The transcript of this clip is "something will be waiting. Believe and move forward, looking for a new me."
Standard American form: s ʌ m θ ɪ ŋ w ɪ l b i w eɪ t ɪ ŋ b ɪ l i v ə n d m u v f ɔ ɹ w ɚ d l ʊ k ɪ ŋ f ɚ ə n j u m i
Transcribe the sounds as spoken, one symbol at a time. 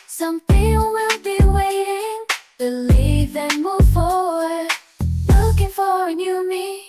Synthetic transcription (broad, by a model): s ʌ m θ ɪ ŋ w ɪ l b i w eɪ t ɪ ŋ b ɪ l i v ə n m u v f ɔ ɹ w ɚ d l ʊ k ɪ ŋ f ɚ ə n j u m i